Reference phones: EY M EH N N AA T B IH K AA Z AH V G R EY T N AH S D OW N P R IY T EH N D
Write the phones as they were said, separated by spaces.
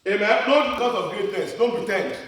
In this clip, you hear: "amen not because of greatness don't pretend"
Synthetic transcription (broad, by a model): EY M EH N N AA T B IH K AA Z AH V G EY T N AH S D OW N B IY T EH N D